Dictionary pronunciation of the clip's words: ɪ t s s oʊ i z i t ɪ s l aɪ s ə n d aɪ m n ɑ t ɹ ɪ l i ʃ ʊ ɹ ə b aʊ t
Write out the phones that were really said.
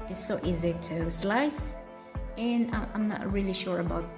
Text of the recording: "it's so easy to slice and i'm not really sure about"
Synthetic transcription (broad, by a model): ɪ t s s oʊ i z i t ɪ s l aɪ s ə n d aɪ m n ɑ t ɹ ɪ l i ʃ ʊ ɹ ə b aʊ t